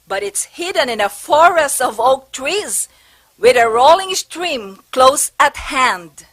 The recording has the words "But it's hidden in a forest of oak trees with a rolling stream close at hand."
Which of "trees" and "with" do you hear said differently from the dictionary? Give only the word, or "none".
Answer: none